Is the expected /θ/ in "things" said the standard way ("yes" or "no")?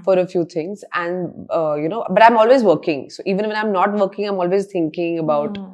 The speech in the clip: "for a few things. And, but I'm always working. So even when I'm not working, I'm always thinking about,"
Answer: no